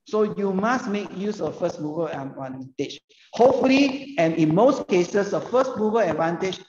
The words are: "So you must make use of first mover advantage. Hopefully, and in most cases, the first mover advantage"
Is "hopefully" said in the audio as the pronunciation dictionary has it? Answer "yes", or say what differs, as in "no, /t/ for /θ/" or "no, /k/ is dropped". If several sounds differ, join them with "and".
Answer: no, /p/ is dropped